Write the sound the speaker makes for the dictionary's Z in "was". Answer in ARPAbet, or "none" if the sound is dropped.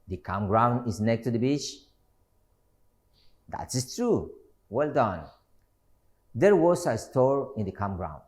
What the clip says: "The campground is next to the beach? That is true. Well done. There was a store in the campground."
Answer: S